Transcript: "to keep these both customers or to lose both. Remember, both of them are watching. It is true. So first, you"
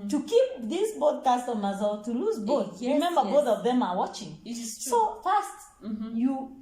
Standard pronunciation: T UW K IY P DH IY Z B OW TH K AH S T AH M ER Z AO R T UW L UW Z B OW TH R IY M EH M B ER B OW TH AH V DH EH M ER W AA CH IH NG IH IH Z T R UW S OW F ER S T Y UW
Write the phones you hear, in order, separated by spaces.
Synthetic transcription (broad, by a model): T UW K IY P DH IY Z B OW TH K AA S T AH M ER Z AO L T UW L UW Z B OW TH R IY M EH M B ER B OW TH AH V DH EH M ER W AA CH IH NG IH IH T S OW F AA S T Y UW